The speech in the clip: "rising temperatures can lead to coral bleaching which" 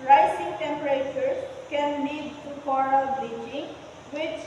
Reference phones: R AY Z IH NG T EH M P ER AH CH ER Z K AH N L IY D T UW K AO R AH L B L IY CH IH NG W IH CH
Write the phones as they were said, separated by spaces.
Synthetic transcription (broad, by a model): R AY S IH NG T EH M P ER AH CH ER K AH N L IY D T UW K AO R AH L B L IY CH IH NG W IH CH